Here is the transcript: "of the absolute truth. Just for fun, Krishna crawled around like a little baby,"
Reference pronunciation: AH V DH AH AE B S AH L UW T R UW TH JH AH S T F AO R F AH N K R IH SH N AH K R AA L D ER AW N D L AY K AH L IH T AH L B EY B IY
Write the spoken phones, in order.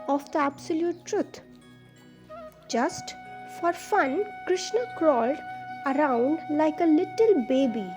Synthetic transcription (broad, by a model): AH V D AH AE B S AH L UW T R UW T JH AH S T F AO R F AH N K R IH SH N AH K R AA L D ER AW N D L AY K AH L IH T AH L B EY B IY